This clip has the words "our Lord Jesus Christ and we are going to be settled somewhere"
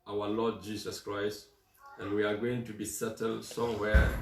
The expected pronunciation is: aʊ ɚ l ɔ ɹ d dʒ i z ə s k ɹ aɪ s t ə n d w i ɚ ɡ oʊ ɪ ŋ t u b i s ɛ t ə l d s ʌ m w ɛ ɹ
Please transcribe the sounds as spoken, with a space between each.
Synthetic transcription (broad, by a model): aʊ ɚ l ɔ d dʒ i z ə s k ɹ aɪ s t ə n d w i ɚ ɡ oʊ ɪ ŋ t u b i s ɛ t ə l d s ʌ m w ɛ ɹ